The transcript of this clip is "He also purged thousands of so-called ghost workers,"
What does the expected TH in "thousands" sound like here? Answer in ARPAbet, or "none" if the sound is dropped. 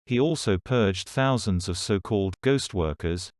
TH